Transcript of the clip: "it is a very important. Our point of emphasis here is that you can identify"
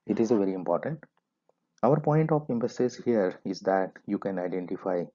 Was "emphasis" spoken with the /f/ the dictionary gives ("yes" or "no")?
no